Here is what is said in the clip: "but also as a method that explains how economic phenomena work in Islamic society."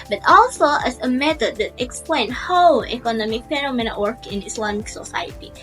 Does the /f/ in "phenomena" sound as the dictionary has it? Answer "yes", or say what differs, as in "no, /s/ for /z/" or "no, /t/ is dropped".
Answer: no, /p/ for /f/